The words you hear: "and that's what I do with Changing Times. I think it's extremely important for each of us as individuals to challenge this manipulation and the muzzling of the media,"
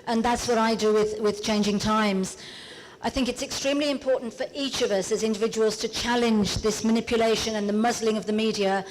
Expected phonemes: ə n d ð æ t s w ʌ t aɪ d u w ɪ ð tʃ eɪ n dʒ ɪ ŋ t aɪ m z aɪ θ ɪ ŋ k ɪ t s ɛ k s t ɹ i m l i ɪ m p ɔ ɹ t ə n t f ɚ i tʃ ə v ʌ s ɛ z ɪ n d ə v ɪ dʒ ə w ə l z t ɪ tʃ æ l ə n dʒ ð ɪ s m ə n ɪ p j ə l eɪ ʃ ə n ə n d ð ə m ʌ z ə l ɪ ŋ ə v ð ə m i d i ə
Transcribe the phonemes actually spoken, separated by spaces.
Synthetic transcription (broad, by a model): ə n ð æ t s w ʌ t aɪ d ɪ w ɪ ð tʃ eɪ n dʒ ɪ ŋ t aɪ m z aɪ θ ɪ ŋ k ɪ t s ɛ k s t ɹ i m l i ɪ m p ɔ ɹ t n t f ɚ i tʃ ə v ʌ s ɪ z ɪ n d ə v ɪ dʒ ə w ə l z t ɪ tʃ æ l ə n dʒ ð ɪ s m ə n ɪ p j ə l eɪ ʃ ə n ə n ð ə m ʌ z l ɪ ŋ ə v ð ə m i d i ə